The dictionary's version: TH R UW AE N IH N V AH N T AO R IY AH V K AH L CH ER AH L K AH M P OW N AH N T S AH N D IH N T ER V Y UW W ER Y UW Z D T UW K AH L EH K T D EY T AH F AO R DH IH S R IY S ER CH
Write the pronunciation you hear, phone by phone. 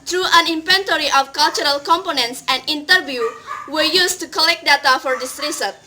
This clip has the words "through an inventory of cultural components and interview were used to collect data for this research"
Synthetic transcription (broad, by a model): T R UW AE N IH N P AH N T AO R IY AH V K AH L CH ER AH L K AH M P OW N AH N T S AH N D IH N T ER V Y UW W ER Y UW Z T UW K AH L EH K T D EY T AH F AO R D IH S R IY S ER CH